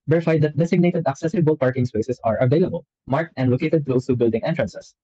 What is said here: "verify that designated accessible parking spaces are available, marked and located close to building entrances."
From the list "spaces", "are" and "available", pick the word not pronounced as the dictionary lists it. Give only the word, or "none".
spaces